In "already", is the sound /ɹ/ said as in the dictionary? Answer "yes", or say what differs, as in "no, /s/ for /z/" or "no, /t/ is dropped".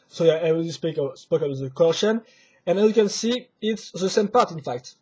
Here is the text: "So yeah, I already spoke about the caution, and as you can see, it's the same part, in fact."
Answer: no, /ɹ/ is dropped